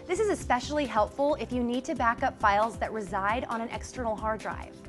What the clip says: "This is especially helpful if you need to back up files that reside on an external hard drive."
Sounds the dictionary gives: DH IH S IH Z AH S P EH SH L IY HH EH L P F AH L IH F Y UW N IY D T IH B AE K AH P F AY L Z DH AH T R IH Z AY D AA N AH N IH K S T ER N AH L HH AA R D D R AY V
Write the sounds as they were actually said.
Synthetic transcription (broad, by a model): DH IH S IH Z AH S P EH SH L IY HH EH L P F L IH F Y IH N IY D T IH B AE K AH P F AY L Z DH AH T R IH Z AY D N AH N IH K S T ER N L HH AA R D D R AY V